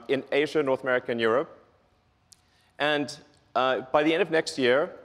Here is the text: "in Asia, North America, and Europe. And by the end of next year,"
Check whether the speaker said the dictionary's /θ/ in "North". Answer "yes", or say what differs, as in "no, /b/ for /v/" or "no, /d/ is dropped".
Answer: yes